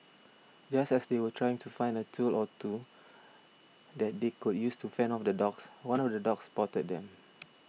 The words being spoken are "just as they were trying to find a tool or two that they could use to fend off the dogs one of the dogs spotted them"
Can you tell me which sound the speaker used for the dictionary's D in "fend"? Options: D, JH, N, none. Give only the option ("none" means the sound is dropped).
none